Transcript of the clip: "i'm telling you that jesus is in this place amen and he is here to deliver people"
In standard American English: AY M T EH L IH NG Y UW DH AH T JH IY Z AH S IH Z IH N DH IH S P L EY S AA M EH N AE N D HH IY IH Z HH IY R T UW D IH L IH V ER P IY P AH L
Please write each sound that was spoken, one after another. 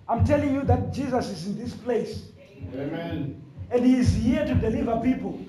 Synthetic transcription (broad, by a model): AY M T EH L IH NG Y UW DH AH T JH IY Z AH S IH Z IH N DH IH S P L EY S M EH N N D HH IY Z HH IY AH T UW D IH L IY V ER P IY P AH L